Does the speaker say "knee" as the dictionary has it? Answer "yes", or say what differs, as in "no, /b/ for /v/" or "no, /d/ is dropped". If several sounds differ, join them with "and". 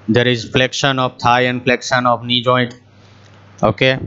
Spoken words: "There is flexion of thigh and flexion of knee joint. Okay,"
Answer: yes